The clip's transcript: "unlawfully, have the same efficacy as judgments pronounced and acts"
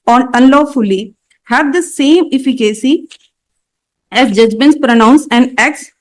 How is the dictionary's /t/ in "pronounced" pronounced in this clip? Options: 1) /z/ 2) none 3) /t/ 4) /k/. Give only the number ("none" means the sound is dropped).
2